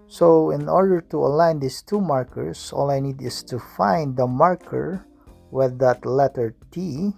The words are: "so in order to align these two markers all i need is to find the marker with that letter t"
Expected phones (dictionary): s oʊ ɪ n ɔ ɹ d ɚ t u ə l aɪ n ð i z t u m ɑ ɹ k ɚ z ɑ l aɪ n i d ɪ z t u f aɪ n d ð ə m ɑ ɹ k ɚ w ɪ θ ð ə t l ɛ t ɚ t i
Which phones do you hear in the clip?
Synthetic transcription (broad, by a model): s oʊ ɪ n ɔ ɹ d ɚ t u ə l aɪ n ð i s t u m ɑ ɹ k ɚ s ɑ l aɪ n i d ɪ s t u f aɪ n d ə m ɑ ɹ k ɚ w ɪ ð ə t l ɛ t ɚ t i